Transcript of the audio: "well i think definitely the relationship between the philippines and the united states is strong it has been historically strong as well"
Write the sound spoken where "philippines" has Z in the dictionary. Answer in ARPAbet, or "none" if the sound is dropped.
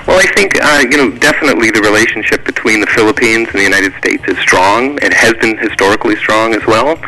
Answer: Z